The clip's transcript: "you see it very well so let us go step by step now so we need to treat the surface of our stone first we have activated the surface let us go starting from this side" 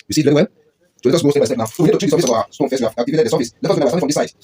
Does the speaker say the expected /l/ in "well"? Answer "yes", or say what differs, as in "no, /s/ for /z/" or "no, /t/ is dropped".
no, /n/ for /l/